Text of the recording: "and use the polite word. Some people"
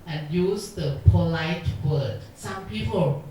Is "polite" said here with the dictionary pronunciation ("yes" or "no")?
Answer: yes